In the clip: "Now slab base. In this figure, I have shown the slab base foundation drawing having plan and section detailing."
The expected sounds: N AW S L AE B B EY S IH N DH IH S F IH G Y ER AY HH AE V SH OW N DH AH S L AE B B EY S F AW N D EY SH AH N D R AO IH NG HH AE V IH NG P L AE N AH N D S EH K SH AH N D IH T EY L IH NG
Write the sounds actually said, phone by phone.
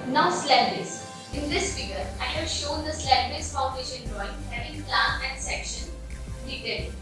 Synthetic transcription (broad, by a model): N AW S L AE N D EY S IH N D IH S F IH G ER AY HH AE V SH OW N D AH S L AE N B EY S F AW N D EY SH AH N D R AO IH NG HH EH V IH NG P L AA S AH N D S EH K SH AH N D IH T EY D